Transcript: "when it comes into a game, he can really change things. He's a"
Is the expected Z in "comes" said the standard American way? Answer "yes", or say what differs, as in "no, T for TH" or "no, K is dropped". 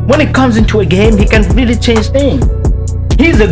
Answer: yes